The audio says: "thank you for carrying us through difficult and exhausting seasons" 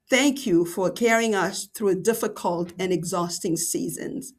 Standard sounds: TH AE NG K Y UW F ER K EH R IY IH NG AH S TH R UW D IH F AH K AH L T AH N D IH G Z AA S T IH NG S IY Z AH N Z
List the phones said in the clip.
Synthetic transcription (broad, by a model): TH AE NG K Y UW F ER K EH R IY IH NG AH S TH R UW D IH F AH K AH L T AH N IH G Z AA S T IH NG S IY Z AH N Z